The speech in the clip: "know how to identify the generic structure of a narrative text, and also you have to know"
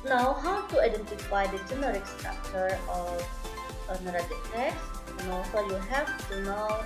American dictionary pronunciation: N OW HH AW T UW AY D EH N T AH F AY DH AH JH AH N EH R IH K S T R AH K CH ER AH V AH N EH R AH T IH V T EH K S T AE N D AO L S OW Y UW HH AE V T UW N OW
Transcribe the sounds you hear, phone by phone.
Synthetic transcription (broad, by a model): N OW HH AW T UW AY D EH N T AH F AY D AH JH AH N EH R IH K S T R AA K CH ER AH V AH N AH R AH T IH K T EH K S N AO S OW Y UW HH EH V T UW N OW